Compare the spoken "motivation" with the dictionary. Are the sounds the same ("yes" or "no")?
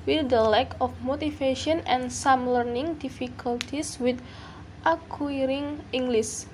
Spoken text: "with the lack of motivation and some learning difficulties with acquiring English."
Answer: no